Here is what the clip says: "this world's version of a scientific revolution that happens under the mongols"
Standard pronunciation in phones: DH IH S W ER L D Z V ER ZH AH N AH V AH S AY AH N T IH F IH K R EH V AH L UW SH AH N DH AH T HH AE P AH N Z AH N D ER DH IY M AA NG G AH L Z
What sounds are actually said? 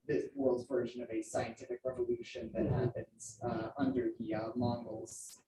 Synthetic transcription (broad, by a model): DH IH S W ER L D Z V ER ZH AH N AH V AH S AY AH N T IH F IH K R EH V AH L UW SH AH N DH AH T HH AE P AH N Z AH N D ER DH IY M AA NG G L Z